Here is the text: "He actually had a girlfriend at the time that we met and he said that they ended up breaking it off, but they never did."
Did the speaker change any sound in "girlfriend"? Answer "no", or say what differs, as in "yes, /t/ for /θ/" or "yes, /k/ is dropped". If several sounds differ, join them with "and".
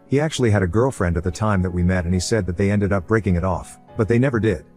no